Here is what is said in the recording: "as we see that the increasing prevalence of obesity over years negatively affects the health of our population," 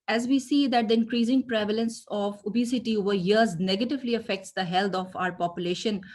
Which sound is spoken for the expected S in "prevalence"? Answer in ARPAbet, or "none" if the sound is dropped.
S